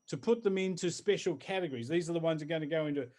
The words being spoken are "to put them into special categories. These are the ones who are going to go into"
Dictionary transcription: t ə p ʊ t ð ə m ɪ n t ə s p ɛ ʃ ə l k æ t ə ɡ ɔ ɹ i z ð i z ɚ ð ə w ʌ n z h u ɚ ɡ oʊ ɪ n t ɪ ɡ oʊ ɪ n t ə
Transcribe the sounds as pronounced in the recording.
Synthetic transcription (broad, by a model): t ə p ʊ t ð ə m ɪ n t ə s p ɛ ʃ l k æ t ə ɡ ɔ ɹ i z ð i z ɚ ð ə w ʌ n z ɚ ɡ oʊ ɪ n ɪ ɡ oʊ ɪ n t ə